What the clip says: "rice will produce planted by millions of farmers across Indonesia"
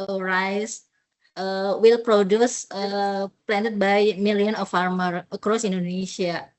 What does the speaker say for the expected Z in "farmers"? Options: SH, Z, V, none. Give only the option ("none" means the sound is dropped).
none